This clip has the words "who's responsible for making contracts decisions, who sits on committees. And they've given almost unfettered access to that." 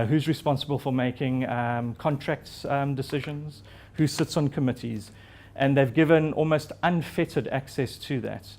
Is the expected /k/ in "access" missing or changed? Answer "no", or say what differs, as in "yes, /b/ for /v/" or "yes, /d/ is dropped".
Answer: no